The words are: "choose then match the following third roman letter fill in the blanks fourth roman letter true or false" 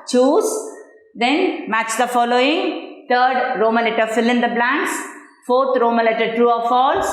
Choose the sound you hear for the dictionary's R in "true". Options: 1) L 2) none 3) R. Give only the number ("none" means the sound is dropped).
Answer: 2